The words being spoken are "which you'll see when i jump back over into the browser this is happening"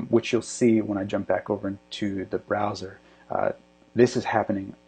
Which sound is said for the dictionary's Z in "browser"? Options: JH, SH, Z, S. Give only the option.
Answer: Z